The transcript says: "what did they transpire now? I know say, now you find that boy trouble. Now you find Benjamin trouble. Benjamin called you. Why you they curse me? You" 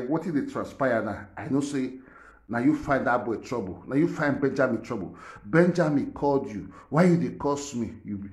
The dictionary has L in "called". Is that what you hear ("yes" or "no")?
yes